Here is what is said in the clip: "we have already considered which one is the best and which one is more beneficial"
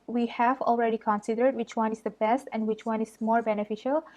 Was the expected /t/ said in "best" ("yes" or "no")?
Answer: yes